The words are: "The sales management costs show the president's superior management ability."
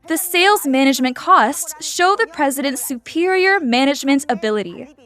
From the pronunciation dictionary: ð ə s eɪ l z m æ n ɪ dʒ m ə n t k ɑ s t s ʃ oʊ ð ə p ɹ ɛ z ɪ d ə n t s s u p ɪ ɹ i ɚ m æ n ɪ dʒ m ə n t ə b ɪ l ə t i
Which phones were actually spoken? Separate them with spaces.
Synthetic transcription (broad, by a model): ð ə s eɪ l z m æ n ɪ dʒ m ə n k ɑ s t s ʃ oʊ ð ə p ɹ ɛ z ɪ d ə n t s s u p ɪ ɹ i ɚ m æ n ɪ dʒ m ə n t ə b ɪ l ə t i